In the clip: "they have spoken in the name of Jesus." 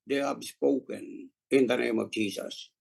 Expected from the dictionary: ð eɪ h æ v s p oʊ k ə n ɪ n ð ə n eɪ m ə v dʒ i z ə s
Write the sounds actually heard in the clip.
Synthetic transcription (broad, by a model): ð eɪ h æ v s p oʊ k ə n ɪ n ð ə n eɪ m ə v dʒ i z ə s